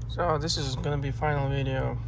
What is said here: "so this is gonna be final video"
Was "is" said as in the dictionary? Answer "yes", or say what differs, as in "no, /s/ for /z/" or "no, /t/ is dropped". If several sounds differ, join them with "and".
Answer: yes